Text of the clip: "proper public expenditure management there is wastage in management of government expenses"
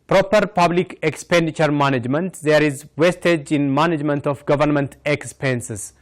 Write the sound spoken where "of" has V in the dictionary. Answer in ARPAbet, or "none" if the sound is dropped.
F